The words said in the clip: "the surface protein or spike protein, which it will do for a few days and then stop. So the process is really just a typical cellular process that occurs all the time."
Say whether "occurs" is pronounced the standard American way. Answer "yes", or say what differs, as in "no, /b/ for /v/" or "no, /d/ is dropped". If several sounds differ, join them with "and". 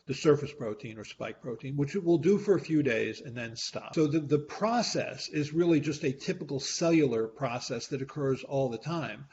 yes